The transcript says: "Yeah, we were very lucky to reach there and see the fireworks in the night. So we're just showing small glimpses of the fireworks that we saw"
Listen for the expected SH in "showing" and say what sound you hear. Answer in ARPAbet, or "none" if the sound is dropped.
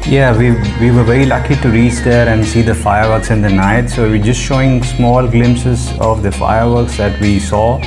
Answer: SH